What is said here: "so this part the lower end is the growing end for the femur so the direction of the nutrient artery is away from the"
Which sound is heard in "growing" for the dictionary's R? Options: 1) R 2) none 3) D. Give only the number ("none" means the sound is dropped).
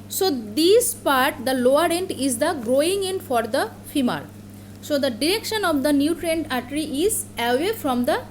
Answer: 1